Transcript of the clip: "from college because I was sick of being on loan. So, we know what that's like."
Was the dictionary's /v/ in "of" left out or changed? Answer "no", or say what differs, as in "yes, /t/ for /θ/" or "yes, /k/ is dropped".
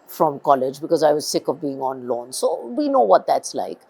no